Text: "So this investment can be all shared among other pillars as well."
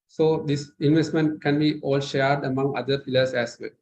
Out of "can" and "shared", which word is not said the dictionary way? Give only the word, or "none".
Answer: none